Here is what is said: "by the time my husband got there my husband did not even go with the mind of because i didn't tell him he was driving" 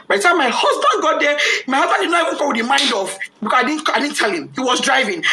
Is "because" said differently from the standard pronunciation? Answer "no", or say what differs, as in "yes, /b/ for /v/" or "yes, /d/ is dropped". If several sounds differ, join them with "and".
yes, /s/ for /z/